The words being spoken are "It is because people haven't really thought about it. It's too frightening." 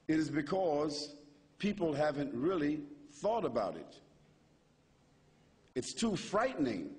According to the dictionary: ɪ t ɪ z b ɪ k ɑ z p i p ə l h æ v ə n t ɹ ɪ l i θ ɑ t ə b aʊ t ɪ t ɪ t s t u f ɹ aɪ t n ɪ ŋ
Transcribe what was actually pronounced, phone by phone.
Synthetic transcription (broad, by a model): ɪ t ɪ z b ɪ k ɑ z p i p l h æ v ə n t ɹ ɪ l i θ ɑ t ə b aʊ t ɪ t ɪ t s t u f ɹ aɪ t n ɪ ŋ